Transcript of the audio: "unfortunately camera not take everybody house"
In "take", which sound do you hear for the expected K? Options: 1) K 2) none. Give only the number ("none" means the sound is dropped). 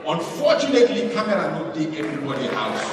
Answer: 2